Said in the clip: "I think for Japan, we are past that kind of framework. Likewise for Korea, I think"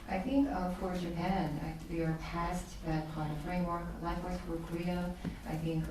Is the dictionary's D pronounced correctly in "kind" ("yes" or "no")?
no